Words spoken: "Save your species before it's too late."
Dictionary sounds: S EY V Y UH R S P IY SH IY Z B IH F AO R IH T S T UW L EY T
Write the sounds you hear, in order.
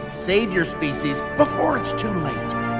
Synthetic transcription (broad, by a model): S EY V Y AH R S P IY SH IY Z B IH F AO R IH T S T UW L EY T